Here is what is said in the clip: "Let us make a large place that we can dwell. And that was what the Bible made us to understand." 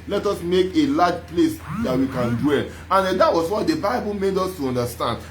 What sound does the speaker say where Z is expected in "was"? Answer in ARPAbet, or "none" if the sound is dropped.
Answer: S